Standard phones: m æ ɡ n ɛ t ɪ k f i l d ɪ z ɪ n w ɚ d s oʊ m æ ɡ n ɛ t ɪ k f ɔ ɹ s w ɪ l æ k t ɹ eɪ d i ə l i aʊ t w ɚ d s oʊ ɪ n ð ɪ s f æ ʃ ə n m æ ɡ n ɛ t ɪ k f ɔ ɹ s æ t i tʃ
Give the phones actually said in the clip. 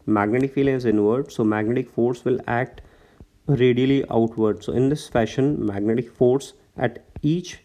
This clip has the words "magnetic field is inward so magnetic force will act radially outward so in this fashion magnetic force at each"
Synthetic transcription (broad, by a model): m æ ɡ n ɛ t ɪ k f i l ɪ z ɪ n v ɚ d s oʊ m æ ɡ n ɛ t ɪ k f ɔ ɹ s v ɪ l æ k t ɹ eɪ d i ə l i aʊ t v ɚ d s oʊ ɪ n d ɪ s f æ ʃ ə n m æ ɡ n ɛ t ɪ k f ɔ ɹ s æ t i tʃ